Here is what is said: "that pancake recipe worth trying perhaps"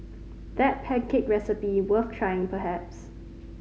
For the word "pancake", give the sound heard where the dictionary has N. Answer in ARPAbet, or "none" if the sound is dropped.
none